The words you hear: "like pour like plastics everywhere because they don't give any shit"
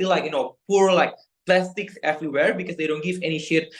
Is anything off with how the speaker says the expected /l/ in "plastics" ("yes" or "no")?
no